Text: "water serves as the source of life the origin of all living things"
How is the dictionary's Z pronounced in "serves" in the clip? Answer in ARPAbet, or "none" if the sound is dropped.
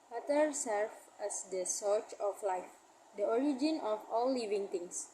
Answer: none